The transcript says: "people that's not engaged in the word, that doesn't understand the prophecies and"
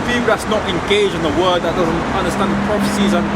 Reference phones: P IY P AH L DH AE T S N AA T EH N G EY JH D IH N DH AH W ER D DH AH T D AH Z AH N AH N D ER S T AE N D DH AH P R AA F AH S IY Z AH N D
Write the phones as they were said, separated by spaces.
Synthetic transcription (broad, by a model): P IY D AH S N AA T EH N G EY JH IH N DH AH W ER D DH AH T D AH Z AH N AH N D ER S T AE N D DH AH P R AA F AH S IY Z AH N